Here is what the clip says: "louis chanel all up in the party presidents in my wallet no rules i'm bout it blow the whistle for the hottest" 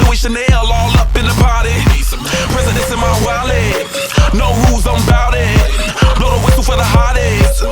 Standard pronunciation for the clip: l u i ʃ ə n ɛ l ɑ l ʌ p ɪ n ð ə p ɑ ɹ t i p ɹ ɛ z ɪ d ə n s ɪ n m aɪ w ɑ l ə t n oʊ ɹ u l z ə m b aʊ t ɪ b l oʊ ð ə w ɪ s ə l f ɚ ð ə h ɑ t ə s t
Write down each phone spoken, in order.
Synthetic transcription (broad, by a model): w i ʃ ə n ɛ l ɑ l ʌ p ɪ n ð ə p ɑ ɹ t i p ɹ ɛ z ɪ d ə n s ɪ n m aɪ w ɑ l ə n oʊ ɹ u z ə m b aʊ t ɪ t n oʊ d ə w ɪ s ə f ɚ ð ə h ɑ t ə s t